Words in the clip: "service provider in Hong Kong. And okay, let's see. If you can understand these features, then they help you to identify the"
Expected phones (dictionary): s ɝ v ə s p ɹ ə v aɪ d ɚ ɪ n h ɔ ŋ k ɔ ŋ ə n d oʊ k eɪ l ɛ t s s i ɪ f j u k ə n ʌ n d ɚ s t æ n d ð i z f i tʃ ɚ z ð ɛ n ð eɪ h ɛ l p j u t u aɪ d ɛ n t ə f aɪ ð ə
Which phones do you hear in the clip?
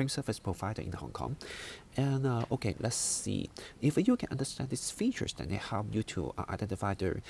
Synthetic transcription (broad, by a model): s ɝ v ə s p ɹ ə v aɪ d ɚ ɪ n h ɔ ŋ k ɔ ŋ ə n oʊ k eɪ l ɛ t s s i ɪ f j u k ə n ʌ n d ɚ s t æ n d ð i s f i tʃ ɚ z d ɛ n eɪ h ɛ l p j u t u aɪ d ɛ n t ə f aɪ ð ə